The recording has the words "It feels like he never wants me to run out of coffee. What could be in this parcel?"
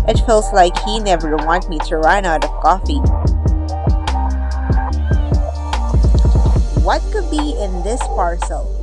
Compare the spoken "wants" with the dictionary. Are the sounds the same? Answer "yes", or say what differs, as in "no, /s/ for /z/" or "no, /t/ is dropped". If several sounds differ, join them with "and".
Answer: no, /s/ is dropped